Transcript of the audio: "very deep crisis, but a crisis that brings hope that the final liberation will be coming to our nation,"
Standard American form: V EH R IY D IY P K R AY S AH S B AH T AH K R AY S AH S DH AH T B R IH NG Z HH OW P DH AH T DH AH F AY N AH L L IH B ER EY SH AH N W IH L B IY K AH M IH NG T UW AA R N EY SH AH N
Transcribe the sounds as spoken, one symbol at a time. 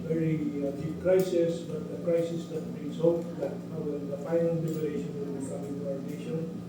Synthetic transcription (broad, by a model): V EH R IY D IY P K R AY S AH S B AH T AH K R AY S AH S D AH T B IH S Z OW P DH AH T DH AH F AY N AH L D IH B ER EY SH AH N W IH L B IY K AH M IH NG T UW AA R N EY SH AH N